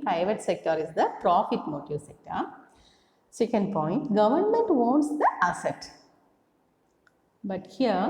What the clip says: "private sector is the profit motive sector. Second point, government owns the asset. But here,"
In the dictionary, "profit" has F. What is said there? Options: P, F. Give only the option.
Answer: F